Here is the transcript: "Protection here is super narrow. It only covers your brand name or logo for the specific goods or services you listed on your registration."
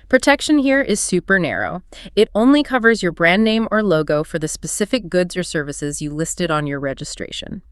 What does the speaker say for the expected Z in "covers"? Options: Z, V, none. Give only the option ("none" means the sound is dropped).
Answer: Z